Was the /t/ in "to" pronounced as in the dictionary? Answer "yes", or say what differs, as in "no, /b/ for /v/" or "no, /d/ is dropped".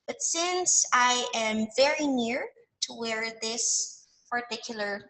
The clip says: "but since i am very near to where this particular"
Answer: yes